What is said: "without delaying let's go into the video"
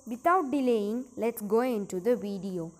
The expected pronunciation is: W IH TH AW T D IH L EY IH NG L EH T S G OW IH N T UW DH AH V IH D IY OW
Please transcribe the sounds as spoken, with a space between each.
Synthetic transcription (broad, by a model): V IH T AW T D IH L EY IH NG L EH T S G OW IH N T UW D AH V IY D IY OW